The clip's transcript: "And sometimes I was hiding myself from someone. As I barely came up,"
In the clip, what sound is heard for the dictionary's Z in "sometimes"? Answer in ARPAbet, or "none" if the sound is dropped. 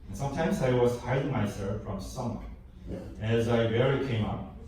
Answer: Z